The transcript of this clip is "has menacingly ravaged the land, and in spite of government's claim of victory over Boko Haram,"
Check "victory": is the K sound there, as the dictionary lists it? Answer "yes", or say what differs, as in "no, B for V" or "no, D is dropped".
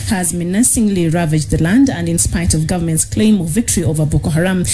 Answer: yes